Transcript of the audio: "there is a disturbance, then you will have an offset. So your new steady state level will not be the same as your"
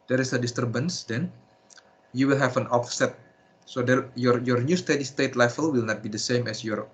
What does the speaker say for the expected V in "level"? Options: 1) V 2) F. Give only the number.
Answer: 2